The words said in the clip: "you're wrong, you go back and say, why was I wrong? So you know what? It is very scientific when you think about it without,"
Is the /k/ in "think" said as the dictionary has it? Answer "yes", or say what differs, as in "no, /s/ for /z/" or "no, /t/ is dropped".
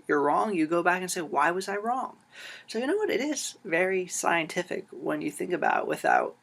yes